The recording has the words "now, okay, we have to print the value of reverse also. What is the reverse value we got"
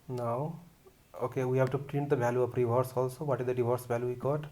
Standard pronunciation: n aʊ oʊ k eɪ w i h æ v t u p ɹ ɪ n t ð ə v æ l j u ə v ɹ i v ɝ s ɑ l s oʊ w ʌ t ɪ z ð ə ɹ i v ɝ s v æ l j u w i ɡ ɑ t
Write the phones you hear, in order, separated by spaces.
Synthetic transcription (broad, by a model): n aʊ oʊ k eɪ w i h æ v t u p ɹ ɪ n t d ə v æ l j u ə p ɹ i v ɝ s ɑ l s oʊ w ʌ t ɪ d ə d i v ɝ s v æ l j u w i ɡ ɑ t